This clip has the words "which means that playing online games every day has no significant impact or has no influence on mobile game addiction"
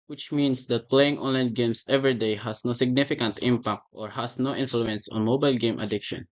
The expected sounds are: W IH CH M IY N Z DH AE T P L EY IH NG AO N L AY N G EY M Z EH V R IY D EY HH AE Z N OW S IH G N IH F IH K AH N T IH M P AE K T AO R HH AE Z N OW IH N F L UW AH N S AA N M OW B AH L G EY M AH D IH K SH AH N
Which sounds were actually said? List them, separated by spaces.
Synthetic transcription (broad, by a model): W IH CH M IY N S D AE T P L EY IH NG AO N L AY N G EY M S EH V R IY D EY HH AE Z N OW S IH G N IH F IH K AH N T IH M P AE K T AO R HH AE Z N OW IH N F L UW AH N S AA N M OW B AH L G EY M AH D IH K SH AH N